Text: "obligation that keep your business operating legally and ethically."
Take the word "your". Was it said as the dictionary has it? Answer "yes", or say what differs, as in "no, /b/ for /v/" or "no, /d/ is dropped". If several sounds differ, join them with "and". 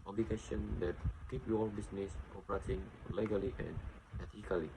no, /l/ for /ɹ/